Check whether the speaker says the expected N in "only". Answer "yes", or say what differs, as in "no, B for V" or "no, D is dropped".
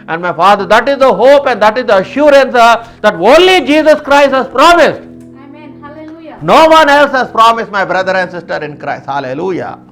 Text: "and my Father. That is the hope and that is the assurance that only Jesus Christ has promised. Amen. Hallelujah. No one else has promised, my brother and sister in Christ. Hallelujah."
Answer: yes